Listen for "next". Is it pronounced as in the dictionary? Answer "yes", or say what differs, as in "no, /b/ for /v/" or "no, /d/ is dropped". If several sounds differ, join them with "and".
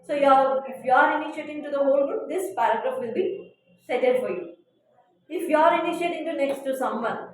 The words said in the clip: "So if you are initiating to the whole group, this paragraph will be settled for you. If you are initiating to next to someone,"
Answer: yes